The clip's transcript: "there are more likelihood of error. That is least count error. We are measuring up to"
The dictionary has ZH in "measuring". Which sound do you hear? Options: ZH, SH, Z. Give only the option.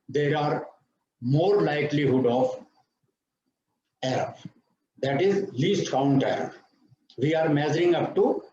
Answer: Z